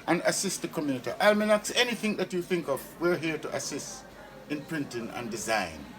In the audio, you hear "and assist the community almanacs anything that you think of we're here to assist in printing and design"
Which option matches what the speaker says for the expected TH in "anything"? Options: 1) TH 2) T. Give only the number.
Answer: 1